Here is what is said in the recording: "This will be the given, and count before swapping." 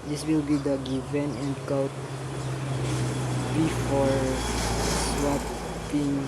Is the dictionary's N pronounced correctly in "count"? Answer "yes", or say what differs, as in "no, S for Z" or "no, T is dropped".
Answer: no, N is dropped